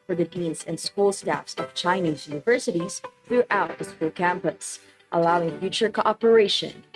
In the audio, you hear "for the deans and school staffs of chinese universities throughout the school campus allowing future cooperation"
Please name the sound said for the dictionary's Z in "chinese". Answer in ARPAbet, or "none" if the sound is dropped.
Z